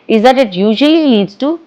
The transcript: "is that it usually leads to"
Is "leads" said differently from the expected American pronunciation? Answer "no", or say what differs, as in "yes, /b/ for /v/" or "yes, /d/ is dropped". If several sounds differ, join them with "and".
yes, /n/ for /l/